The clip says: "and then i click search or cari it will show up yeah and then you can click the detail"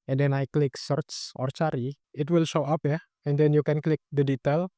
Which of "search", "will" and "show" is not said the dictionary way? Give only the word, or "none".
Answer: search